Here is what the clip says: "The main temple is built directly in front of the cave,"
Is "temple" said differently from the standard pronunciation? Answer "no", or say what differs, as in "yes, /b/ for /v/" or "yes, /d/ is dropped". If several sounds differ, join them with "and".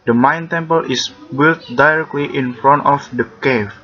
no